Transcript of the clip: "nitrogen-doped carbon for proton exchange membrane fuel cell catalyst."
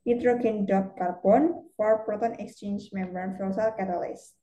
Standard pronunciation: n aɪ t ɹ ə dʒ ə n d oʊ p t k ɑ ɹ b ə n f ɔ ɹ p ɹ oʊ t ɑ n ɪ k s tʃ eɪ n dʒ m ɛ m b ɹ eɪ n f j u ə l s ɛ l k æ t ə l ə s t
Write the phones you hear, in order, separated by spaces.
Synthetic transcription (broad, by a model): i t ɹ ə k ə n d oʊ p k ɑ ɹ b ə n f ɔ ɹ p ɹ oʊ t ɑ n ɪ k s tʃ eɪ n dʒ m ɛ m b eɪ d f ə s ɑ l k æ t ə l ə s